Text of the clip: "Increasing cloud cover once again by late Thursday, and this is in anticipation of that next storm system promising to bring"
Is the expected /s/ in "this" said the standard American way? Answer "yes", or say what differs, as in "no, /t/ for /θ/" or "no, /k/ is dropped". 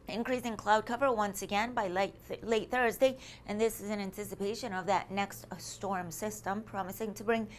yes